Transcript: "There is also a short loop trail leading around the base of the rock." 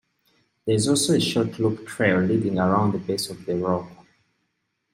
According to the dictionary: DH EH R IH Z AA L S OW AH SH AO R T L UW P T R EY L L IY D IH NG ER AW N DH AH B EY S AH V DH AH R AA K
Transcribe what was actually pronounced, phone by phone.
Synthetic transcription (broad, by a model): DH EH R IH Z AA L S OW AH SH AO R T L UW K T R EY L L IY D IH NG ER AW N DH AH B EY S AH V DH AH R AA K